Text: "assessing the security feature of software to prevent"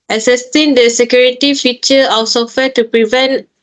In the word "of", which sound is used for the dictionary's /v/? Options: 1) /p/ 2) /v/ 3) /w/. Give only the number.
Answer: 3